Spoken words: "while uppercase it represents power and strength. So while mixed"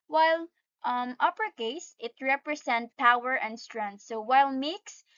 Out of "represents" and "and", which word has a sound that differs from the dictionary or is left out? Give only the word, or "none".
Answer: represents